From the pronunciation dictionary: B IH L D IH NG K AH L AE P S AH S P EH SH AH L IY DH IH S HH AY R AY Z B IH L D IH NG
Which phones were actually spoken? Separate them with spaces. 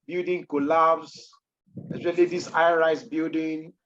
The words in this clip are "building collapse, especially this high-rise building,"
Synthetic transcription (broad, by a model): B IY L D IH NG K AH L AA B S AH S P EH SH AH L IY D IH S AY R AY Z B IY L D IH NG